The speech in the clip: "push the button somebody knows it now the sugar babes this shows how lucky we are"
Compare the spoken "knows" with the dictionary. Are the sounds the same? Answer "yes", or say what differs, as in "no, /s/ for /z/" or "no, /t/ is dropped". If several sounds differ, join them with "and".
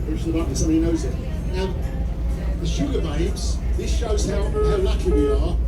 yes